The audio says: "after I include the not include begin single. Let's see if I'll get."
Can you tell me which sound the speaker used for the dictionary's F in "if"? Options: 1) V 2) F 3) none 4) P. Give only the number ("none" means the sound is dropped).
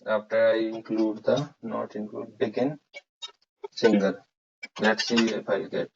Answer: 4